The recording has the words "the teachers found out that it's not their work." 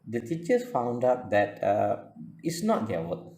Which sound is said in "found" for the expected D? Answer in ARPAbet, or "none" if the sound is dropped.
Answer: D